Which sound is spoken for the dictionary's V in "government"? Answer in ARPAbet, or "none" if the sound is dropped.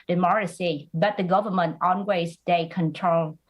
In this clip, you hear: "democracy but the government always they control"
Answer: V